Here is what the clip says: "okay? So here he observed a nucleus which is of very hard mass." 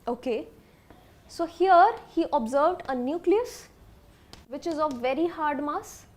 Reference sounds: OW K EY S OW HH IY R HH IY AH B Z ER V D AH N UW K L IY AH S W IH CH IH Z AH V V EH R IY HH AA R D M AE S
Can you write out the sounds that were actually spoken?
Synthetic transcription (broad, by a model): OW K EY S OW HH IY R HH IY AH B Z ER V D AH N UW K L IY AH S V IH CH IH Z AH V V EH R IY HH AA R D M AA S